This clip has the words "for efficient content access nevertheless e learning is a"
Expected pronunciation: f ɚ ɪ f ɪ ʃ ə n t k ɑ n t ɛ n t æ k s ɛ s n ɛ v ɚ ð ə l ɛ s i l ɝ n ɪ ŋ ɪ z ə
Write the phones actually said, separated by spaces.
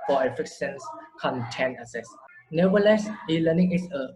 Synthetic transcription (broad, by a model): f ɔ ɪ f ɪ s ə n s k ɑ n t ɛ n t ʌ s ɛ s n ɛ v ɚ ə l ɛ s i l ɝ n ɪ ŋ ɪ s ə